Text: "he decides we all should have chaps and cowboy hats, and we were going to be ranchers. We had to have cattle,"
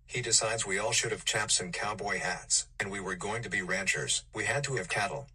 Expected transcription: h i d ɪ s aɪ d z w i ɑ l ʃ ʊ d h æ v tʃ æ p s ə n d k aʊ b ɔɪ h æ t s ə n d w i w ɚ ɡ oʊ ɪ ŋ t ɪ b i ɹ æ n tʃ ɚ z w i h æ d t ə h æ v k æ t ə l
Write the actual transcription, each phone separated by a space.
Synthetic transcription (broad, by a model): h i d ɪ s aɪ d z w i ɑ l ʃ ʊ d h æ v tʃ æ p s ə n k aʊ b ɔɪ h æ t s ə n w i w ɚ ɡ oʊ ɪ ŋ t ɪ b i ɹ æ n tʃ ɚ z w i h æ d t ə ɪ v k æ t l